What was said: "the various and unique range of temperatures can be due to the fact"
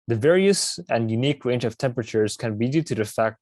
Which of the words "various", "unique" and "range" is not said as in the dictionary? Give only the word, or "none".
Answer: none